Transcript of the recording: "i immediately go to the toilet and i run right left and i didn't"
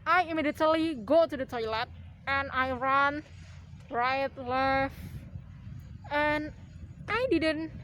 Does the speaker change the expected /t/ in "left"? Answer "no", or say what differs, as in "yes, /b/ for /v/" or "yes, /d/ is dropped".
yes, /t/ is dropped